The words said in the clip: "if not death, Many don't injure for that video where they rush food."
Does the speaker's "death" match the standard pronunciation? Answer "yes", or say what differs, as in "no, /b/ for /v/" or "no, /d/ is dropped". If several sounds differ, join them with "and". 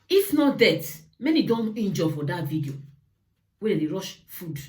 no, /t/ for /θ/